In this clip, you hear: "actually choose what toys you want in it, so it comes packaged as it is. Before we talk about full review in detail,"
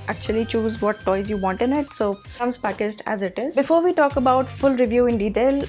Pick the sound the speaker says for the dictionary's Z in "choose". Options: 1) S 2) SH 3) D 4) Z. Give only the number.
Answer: 4